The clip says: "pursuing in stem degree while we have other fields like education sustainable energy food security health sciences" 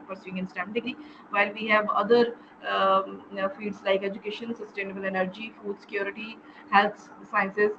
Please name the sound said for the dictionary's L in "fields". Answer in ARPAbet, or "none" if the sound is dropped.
none